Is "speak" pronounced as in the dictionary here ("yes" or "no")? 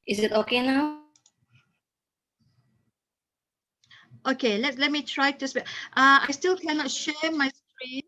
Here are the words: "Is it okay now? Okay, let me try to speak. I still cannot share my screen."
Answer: no